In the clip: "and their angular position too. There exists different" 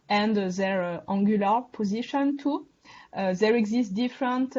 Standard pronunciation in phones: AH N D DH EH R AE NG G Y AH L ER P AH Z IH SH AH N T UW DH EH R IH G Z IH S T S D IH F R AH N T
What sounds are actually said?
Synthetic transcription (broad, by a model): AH N D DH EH R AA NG G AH L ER P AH Z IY SH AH N T UW DH EH R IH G Z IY S T D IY F R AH N T